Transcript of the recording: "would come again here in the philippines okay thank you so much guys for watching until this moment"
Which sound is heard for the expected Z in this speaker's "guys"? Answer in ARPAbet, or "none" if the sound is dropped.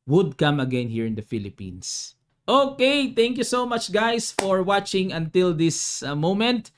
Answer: S